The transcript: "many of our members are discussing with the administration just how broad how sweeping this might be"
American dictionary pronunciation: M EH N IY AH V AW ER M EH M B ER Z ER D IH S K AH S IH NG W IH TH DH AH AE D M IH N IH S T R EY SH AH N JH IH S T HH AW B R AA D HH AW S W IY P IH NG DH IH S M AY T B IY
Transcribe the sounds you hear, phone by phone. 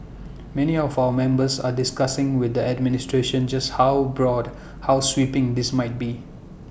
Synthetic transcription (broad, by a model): M EH N IY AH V AW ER M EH M B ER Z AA D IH S K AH S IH NG W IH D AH AE D M IH N IH S T R EY SH AH N JH IH S T HH AW B R AA D HH AW S W IY P IH NG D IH S M AY T B IY